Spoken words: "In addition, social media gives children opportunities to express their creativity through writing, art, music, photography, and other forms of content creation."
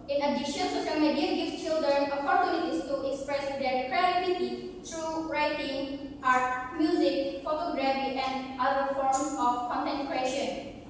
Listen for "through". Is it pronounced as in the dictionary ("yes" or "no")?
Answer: no